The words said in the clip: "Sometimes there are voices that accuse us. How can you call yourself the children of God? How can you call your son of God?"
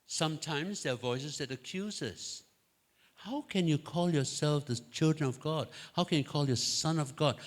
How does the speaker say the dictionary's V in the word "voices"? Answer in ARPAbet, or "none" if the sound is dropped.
V